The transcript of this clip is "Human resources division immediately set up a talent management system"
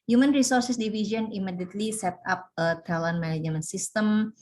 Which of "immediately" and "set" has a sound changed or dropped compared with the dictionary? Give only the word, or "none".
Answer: none